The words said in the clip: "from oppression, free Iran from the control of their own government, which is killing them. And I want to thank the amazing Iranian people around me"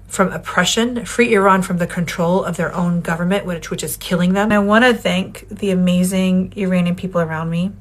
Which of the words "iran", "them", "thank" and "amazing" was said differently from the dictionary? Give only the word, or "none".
none